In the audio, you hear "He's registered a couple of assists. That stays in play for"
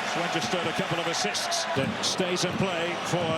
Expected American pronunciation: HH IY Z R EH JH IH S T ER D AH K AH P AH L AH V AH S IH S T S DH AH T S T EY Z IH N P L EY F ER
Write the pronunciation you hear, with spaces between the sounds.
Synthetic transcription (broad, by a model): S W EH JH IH S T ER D AH K AH P L AH V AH S IH S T S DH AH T S T EY Z IH N P L EY F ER